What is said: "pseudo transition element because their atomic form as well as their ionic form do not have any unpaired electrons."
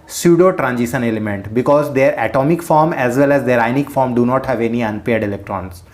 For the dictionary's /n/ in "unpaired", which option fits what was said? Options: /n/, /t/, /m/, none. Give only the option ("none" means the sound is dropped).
/n/